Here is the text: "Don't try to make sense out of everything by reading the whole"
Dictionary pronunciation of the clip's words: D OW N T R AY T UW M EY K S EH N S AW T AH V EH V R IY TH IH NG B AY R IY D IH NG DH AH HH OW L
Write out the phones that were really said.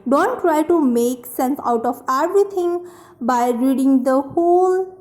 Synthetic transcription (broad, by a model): D OW N T R AY T UW M EY K S EH N S AW T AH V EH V R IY T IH NG B AY R IY D IH NG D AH HH OW L